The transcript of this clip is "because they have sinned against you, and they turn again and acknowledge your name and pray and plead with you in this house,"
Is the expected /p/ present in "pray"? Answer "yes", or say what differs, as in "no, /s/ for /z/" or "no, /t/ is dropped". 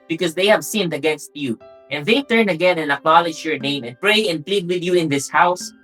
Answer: yes